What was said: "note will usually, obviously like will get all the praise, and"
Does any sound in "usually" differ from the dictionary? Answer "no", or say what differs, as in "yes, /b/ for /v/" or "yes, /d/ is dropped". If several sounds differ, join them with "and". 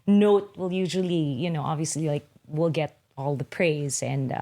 yes, /n/ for /l/